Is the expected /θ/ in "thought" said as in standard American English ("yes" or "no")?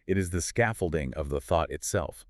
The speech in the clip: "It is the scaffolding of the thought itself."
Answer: yes